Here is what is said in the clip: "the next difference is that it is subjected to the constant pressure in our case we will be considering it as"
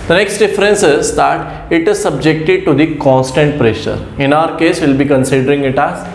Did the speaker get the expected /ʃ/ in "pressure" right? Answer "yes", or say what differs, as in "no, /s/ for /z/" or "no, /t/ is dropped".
yes